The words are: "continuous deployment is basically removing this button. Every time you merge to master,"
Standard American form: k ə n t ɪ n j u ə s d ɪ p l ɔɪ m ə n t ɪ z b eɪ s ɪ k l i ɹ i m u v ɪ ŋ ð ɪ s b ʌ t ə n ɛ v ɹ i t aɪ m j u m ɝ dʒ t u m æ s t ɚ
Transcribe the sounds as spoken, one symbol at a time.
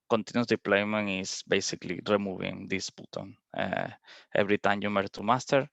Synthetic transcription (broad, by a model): k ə n t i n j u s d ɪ p l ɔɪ m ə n ɪ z b eɪ s ɪ k l i ɹ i m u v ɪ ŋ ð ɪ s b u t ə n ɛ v ɹ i t aɪ m j u m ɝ t u m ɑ s t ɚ